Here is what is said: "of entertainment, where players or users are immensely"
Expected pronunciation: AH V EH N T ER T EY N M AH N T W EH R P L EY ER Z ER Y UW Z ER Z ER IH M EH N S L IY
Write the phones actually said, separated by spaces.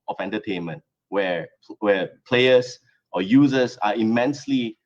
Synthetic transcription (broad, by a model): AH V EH N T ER T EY N M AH N T W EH W P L EY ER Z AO Y UW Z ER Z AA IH M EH N S L IY